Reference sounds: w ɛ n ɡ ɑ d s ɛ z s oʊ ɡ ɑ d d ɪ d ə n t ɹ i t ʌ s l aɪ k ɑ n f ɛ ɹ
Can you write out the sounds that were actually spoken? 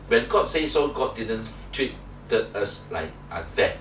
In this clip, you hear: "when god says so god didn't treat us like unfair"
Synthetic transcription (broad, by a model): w ɛ n ɡ ɑ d s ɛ s oʊ ɡ ɑ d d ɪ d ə n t w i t ʌ s l aɪ k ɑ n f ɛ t